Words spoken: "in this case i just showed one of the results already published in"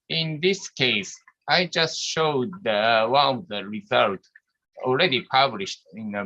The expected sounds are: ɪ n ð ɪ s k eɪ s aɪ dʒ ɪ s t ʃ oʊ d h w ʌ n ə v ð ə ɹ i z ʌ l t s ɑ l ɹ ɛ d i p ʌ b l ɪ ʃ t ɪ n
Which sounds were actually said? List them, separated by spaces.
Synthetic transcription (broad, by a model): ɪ n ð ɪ s k eɪ s aɪ dʒ ɪ s t ʃ oʊ d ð w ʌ n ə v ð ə ɹ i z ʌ l t ɑ l ɹ ɛ d i p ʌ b l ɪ ʃ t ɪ n